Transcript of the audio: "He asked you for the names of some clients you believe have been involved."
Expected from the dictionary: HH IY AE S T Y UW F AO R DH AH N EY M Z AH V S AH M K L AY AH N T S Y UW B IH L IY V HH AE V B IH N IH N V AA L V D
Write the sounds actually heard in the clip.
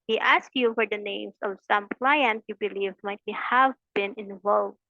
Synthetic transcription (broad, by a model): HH IY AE S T Y UW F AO R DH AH N EY M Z AH V S AH M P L AY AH N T Y UW B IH L IY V HH AE V B IH N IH N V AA L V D